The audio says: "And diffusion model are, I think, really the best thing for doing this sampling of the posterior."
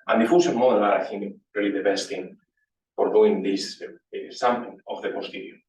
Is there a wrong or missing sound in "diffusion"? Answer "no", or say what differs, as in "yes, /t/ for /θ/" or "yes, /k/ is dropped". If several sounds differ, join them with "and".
yes, /s/ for /ʒ/